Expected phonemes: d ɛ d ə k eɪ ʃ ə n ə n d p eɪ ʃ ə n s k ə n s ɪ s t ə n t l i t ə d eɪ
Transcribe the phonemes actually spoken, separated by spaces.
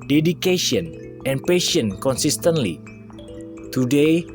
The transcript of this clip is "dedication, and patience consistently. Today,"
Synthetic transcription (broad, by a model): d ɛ d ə k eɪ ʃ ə n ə n p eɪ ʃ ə n k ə n s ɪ s t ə n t l i t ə d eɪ